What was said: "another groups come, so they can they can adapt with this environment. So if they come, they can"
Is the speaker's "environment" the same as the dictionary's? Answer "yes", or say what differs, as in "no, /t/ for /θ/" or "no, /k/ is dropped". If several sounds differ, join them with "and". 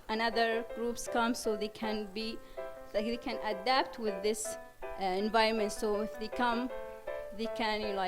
no, /ɹ/ is dropped